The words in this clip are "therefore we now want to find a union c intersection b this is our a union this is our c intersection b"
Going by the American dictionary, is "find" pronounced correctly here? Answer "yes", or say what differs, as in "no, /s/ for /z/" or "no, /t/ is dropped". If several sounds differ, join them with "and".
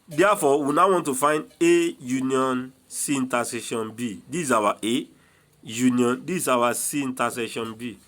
yes